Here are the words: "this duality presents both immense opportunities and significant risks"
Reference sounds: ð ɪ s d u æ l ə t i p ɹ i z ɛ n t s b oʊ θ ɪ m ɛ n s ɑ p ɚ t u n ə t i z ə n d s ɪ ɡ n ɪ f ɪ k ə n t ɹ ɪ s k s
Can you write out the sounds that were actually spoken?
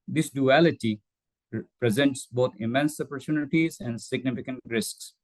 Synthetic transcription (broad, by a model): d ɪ s d u æ l ə t i p ɹ i z ɛ n t s b oʊ t ɪ m ɛ n s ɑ p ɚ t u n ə t i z ə n d s ɪ ɡ n ɪ f ɪ k ə n t ɹ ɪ s k s